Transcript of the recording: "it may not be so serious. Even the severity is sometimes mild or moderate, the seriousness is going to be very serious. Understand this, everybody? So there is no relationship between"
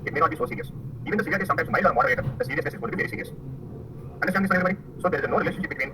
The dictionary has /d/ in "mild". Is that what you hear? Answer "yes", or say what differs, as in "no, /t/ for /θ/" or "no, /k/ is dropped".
no, /d/ is dropped